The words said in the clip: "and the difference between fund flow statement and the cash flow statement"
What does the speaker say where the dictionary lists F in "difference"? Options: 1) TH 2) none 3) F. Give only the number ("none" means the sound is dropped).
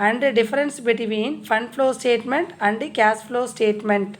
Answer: 2